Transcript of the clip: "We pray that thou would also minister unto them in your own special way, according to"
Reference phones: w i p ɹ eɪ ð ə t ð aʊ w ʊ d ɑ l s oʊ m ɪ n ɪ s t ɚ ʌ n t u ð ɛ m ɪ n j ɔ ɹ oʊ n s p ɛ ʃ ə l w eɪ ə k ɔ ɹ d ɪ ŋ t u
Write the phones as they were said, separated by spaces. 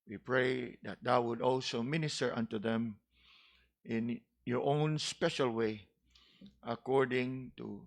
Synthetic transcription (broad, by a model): w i p ɹ eɪ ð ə t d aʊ w ʊ d ɑ l s oʊ m ɪ n ɪ s t ɚ ʌ n t u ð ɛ m ɪ n j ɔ ɹ oʊ n s p ɛ ʃ ə l w eɪ ə k ɔ ɹ d ɪ ŋ t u